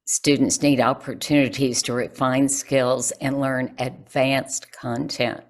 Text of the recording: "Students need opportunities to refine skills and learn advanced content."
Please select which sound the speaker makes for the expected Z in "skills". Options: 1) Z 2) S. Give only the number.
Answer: 1